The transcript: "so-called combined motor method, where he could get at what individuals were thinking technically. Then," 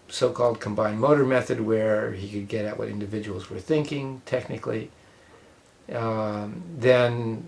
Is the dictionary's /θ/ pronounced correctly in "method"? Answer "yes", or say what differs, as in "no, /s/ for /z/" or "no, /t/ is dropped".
yes